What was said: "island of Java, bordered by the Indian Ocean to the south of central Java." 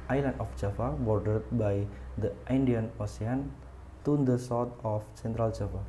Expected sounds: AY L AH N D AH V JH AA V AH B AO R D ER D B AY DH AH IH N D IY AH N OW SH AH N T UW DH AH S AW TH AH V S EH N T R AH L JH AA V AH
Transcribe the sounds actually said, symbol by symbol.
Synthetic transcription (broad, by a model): AY L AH N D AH F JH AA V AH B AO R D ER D B AY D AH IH N D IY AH N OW S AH N T UW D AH S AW T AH F S EH N T R AH L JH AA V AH